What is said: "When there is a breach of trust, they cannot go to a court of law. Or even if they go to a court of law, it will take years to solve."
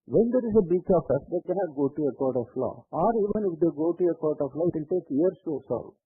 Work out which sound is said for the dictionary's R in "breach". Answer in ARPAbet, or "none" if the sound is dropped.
none